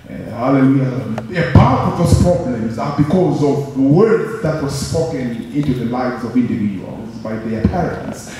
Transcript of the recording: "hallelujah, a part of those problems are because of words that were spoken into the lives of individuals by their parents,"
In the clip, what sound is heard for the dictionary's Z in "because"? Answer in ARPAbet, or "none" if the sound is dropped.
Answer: Z